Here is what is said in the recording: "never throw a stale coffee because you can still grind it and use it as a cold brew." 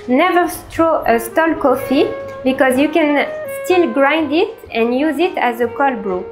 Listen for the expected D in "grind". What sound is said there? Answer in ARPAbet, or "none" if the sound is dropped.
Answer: D